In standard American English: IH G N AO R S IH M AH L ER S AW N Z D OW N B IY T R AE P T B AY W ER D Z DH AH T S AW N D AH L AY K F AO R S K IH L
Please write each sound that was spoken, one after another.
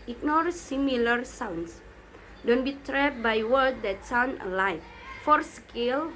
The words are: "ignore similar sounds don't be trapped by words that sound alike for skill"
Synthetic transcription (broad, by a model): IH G N AO R S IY M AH L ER S AW N S D OW N B IY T R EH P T B AY W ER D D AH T S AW N AH L AY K F AO R S K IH L